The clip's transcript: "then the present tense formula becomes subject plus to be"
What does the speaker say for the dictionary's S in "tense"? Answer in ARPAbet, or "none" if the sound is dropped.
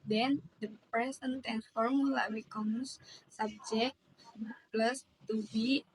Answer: none